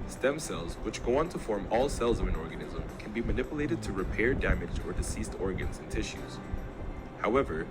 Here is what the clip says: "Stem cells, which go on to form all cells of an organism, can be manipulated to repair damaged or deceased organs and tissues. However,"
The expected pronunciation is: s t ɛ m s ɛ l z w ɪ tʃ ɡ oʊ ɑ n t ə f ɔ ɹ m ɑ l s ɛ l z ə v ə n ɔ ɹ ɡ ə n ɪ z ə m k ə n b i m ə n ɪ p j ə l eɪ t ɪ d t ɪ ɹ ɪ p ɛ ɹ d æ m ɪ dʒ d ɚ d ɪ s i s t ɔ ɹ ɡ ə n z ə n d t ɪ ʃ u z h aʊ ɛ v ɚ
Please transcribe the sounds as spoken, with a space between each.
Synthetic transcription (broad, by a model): s t ɛ m s ɛ l z w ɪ tʃ ɡ oʊ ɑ n t ə f ɔ ɹ m ɑ l s ɛ l z ə v ə n ɔ ɹ ɡ ə n ɪ z ə m k ə n b i m ə n ɪ p j ə l eɪ t ɪ d t ɪ ɹ ɪ p ɛ ɹ d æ m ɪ dʒ ɚ d ɪ s i s t ɔ ɹ ɡ ə n z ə n t ɪ ʃ u z h aʊ ɛ v ɚ